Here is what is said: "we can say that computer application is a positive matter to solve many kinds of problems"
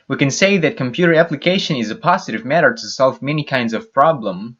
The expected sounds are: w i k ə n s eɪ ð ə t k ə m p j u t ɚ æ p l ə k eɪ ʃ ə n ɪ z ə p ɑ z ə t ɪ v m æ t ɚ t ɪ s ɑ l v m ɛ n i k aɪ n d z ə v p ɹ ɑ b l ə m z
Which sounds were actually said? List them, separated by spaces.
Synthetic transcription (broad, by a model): w i k ə n s eɪ ð ə t k ə m p j u t ɚ æ p l ə k eɪ ʃ ə n ɪ z ə p ɑ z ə t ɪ v m æ t ɚ t ɪ s ɑ l v m ɛ n i k aɪ n d z ə v p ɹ ɑ b l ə m